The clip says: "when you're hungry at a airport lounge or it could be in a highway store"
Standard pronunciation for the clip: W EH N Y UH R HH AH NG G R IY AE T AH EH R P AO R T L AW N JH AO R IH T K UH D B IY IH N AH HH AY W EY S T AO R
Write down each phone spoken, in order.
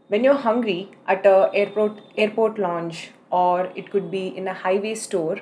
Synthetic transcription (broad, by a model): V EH N Y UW R HH AH NG G R IY AE T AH EH R P AO R T L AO N CH AO R IH T K UH D B IY IH N AH HH AY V EY S T AO R